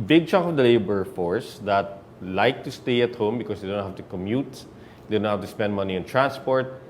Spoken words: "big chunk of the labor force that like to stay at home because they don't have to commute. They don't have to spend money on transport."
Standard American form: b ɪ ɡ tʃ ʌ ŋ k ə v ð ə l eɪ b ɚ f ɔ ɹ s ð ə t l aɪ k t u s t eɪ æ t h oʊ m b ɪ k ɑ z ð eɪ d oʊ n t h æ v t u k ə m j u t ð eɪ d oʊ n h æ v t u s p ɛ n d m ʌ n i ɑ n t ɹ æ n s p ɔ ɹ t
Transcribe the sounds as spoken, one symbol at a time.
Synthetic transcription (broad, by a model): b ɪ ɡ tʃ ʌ k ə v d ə l eɪ b ɚ f ɔ ɹ s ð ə t l aɪ k t u s t eɪ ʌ t h oʊ m b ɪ k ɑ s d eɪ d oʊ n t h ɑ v t u k ə m j u t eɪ d oʊ n h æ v t u s p ɛ n d m ʌ n i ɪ n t ɹ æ n s p ɔ ɹ t